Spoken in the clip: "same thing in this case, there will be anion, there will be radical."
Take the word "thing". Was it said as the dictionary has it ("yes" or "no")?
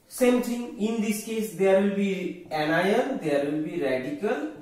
no